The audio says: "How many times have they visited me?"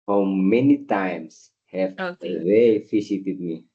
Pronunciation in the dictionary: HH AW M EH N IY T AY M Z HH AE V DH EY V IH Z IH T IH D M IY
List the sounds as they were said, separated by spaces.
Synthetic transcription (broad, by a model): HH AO M EH N IY T AY M S HH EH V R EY F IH S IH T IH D M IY